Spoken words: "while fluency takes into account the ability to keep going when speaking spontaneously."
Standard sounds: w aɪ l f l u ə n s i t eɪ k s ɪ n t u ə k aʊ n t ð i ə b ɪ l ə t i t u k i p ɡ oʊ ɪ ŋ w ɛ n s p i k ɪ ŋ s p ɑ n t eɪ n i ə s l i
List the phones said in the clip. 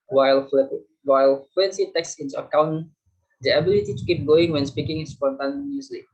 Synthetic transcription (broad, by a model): w aɪ l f w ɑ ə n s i t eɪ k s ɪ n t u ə k aʊ n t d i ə b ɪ l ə t i t u k i p ɡ oʊ ɪ ŋ w ɛ n s p i k ɪ ŋ s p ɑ n t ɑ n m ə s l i